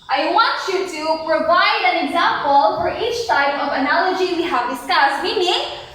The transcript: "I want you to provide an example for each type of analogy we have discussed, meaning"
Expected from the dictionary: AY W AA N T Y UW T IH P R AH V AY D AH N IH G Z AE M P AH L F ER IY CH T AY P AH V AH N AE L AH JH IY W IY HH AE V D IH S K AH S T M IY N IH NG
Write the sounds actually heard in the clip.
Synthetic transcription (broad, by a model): AY W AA N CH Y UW T IH P R AH V AY D AH N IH G Z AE M P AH L F ER IY CH S AY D AH V AH N AE L AH JH IY W IY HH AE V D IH S K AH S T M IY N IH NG